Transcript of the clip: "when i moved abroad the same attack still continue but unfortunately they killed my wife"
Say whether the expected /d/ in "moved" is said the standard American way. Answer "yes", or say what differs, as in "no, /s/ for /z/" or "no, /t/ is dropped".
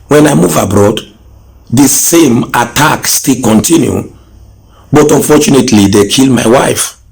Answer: no, /d/ is dropped